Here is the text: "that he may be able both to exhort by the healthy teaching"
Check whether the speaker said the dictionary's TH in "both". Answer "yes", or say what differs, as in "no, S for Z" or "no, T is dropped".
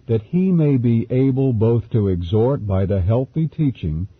yes